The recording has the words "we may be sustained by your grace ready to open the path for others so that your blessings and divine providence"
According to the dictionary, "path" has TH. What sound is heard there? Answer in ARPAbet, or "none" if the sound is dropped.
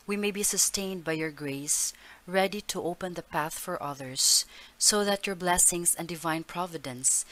TH